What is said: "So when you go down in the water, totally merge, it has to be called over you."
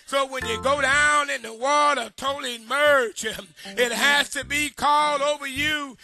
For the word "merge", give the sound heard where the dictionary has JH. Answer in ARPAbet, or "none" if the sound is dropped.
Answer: CH